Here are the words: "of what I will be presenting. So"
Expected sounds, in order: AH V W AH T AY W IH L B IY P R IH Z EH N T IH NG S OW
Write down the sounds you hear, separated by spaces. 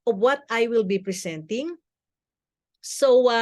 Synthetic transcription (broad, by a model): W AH T AY W IH L B IY P R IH S EH N T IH NG S OW